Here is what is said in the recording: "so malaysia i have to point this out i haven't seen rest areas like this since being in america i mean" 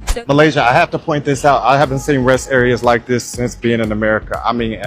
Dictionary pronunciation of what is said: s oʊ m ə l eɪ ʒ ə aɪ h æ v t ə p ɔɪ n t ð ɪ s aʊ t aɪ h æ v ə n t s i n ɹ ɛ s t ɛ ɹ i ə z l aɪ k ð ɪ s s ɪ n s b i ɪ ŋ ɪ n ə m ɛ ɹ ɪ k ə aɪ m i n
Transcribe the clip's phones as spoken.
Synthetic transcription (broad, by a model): m ə l eɪ ʒ ə aɪ h æ f t ə p ɔɪ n ð ɪ s aʊ t aɪ h æ v ə n t s i n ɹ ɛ s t ɛ ɹ i ə z l aɪ k ð ɪ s s ɪ n s b i ɪ ŋ ɪ n ə m ɛ ɹ ɪ k ə aɪ m i n